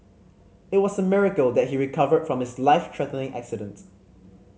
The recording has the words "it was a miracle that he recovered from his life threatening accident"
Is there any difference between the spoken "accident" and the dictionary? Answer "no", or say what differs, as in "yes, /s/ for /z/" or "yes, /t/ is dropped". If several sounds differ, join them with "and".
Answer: no